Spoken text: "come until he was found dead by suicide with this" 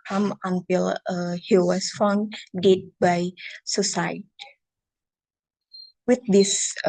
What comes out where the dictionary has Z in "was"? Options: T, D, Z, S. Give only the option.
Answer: S